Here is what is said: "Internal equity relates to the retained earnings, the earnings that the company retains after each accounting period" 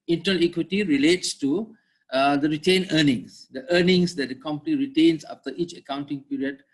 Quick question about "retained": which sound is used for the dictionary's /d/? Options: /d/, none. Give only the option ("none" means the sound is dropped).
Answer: none